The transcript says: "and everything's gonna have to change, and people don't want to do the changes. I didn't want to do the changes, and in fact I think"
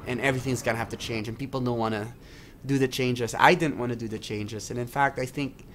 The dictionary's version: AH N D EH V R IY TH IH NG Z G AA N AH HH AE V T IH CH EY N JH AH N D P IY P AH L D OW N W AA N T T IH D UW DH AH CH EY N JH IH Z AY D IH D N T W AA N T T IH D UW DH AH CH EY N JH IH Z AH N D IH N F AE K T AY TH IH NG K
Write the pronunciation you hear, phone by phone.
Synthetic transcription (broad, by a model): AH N EH V R IY TH IH NG Z G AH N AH HH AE F T IH CH EY N JH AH N P IY P L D OW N W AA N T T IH D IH DH AH CH EY N JH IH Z AY D IH D N T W AA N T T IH D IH DH AH CH EY N JH IH Z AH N IH N F AE K T AY TH IH NG K